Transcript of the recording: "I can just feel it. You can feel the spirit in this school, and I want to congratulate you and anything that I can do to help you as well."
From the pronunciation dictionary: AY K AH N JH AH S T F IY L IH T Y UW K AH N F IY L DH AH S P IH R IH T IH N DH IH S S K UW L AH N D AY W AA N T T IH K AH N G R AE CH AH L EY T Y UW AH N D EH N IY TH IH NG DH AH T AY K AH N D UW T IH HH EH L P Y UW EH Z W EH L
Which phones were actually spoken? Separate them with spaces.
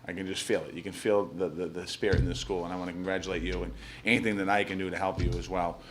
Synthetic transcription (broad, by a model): AY K AH N JH AH S T F IY L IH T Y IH K AH N F IY L DH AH S P IH R IH T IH N DH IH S S K UW L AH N AY W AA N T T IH K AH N G R AE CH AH L EY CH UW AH N EH N IY TH IH NG DH AH T AY K AH N D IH T IH HH EH L P Y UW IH Z W EH L